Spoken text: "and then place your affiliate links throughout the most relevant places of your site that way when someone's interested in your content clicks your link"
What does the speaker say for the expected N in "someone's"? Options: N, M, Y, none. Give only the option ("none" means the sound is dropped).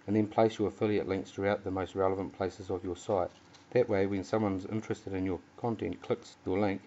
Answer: N